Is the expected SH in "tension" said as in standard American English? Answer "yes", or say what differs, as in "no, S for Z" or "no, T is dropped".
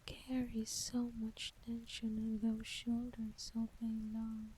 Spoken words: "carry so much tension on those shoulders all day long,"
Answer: yes